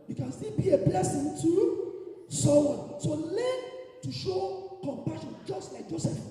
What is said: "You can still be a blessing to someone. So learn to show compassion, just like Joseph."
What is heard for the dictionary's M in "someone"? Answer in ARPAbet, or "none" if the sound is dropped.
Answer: none